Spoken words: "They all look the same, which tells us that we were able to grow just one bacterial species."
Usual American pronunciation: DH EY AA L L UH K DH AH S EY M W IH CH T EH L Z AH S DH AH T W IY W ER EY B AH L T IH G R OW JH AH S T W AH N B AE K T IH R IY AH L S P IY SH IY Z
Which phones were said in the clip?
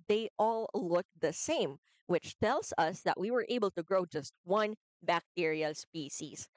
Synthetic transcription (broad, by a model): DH EY AA L L UH K DH AH S EY M W IH CH T EH L Z AH S DH AH T W IY W ER EY B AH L T IH G R OW JH AH S T W AH N B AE K T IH R IY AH S P IY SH IY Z